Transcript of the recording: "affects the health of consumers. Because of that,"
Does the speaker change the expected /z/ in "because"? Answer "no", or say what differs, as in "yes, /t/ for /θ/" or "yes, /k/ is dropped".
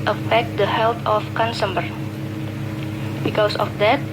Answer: yes, /s/ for /z/